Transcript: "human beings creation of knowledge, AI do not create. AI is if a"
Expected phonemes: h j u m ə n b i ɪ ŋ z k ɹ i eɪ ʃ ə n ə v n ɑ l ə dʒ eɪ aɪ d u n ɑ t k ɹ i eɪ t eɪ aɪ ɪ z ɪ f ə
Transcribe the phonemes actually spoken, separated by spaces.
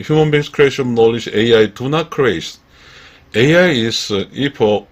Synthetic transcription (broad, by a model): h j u m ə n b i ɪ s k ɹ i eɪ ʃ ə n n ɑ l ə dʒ eɪ aɪ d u n ɑ t k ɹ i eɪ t eɪ aɪ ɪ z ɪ p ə